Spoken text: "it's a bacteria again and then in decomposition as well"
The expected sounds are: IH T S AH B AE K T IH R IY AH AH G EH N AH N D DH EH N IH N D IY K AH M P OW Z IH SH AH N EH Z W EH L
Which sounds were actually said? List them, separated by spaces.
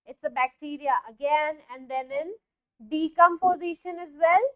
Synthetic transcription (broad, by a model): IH T S AH B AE K T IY R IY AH AH G EH N AH N D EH N IH N D IY K AH M P OW Z IH SH AH N EH Z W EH L